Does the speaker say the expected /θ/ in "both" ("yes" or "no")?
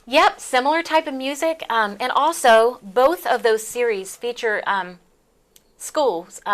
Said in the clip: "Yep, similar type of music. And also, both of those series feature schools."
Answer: yes